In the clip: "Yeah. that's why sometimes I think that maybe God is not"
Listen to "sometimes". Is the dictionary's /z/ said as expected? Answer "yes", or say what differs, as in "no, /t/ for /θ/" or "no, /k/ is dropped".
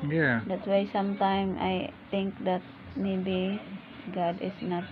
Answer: no, /z/ is dropped